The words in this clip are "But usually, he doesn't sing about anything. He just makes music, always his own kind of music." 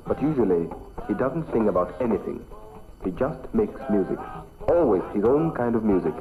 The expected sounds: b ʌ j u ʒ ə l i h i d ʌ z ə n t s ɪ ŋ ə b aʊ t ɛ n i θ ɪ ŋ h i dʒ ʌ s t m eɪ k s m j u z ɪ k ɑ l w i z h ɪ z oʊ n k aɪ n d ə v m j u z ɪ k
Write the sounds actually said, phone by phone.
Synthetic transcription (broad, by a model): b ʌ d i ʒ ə l i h i d ʌ z n t s ɪ ŋ ə b aʊ t ɛ n i θ ɪ ŋ h i dʒ ʌ s t m eɪ k s m j u z ɪ k ɑ l w i z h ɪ z oʊ n k aɪ n d ə v m j u z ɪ k